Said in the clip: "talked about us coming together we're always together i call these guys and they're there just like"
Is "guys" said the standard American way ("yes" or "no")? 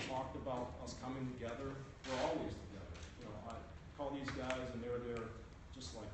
yes